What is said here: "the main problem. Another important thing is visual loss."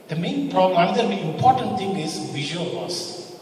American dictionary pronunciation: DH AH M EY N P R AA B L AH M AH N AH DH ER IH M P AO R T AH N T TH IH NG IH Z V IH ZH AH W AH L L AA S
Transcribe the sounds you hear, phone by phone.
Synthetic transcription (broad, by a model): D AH M EY N P R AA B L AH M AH N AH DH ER IH M P AO R T AH N T T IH NG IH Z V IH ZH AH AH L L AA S